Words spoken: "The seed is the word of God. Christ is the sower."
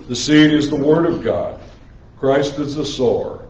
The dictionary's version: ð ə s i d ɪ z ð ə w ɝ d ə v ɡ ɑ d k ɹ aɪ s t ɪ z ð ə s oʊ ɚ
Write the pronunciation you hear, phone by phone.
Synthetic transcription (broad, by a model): ð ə s i d ɪ z ð ə w ɝ d ə v ɡ ɑ d k ɹ aɪ s t ɪ z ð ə s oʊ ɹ